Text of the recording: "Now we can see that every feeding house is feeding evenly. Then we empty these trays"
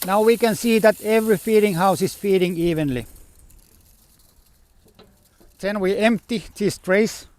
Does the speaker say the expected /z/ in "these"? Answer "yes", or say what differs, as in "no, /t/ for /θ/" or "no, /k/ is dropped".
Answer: no, /s/ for /z/